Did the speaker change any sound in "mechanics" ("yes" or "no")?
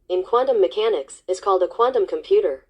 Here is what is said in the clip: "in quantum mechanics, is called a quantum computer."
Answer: no